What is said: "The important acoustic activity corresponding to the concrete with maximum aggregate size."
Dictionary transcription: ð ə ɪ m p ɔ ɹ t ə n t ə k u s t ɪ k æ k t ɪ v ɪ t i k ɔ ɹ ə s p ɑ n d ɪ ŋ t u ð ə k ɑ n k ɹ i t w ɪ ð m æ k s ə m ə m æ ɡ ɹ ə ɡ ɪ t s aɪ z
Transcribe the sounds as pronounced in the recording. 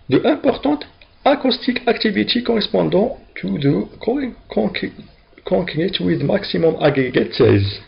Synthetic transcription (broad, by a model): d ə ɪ p ɔ ɹ t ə t ə k u s t ɪ k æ k t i v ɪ t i k ɔ ɹ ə s p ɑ d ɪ t u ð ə k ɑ k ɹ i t w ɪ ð m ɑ k s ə m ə m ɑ ɡ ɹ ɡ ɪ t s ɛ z